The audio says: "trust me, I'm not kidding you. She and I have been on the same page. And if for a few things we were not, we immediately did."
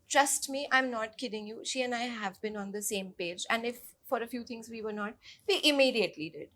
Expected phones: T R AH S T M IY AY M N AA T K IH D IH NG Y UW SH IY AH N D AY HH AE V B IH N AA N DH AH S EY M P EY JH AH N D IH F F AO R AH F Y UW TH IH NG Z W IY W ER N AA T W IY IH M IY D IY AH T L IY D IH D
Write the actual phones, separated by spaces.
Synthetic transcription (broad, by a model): T R AH S T M IY AY M N AA T K IH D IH NG Y UW SH IY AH N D AY HH AE V B IH N AA N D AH S EY M P EY JH AH N D IH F F AO R AH F Y UW T IH NG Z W IY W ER N AA T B IY IH M IY D IY AH T L IY D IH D